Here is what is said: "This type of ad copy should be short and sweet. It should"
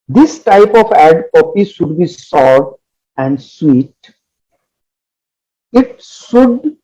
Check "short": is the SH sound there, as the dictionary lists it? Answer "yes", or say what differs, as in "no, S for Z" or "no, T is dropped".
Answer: no, S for SH